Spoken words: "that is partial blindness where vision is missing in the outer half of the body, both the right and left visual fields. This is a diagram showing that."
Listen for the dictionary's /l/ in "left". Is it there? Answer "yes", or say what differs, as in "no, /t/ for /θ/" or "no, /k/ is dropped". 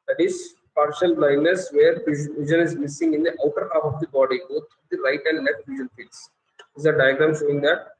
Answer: no, /n/ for /l/